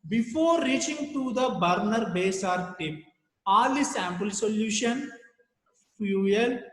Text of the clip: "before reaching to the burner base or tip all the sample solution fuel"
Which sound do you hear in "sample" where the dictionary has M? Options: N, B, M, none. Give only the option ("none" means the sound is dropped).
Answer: M